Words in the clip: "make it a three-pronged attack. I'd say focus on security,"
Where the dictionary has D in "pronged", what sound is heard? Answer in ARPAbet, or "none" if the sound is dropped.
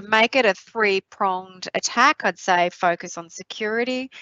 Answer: D